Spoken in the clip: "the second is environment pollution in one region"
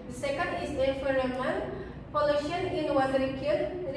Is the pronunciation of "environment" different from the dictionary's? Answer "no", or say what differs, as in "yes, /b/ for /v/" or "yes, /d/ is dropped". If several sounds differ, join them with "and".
yes, /f/ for /v/